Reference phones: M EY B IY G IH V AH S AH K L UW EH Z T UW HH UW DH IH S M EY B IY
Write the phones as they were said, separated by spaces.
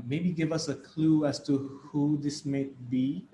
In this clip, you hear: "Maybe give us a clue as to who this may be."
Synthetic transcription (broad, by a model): M EY B IY G IH V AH S AH K L UW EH S T UW HH UW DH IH S M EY B IY